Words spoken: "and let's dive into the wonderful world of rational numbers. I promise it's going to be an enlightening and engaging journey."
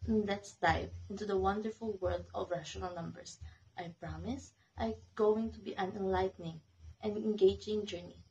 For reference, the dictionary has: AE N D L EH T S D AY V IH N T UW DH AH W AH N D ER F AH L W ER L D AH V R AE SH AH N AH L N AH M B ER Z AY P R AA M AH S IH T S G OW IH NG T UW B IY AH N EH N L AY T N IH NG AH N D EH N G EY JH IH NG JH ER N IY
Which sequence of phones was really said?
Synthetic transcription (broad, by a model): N L EH T S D AY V IH N T UW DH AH W AH N D ER F AH L W ER L D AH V R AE SH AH N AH L N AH M B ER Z AY P R AA M AH S T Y G OW IH NG T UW B IY AH N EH N L AY T N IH NG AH N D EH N G EY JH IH NG JH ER N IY